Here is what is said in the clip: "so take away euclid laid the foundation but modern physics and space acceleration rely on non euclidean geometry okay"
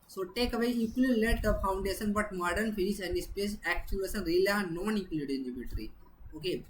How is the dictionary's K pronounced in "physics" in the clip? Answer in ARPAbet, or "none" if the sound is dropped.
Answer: none